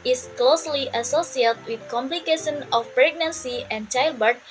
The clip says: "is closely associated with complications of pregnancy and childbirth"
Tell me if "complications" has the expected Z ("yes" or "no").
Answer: no